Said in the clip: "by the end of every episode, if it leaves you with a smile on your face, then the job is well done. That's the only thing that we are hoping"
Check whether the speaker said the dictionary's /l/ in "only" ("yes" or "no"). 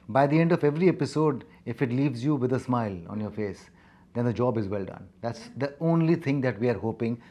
yes